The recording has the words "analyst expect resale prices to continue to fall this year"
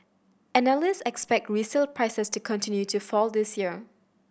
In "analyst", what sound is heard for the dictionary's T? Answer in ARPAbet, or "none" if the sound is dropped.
none